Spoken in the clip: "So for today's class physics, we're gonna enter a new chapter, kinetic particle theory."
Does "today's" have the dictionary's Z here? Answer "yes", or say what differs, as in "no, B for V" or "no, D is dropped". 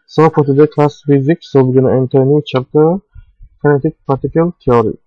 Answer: no, Z is dropped